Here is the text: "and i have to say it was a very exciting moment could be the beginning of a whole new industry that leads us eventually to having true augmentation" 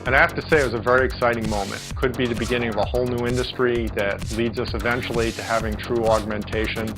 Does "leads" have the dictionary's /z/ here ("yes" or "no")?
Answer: yes